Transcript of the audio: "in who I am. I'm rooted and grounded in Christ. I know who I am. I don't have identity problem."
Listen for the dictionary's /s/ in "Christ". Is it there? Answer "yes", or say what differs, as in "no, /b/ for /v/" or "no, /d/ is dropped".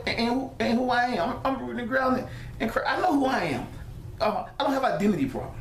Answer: no, /s/ is dropped